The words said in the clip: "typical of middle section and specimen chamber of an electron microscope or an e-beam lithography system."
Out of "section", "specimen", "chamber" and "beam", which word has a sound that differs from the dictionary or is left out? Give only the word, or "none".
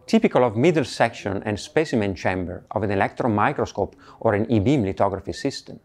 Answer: none